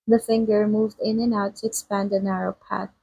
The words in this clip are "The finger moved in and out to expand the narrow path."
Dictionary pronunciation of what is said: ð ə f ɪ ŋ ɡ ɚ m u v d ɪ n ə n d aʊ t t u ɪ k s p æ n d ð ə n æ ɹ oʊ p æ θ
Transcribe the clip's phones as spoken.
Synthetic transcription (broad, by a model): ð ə f ɪ ŋ ɡ ɚ m u v d ɪ n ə n aʊ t t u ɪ k s p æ n d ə n æ ɹ oʊ p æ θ